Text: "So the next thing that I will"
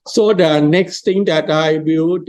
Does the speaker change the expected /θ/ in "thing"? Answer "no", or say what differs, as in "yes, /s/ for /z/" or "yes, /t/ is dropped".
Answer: yes, /t/ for /θ/